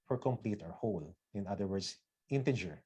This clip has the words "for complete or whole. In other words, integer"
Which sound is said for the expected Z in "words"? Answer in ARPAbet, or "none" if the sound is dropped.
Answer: S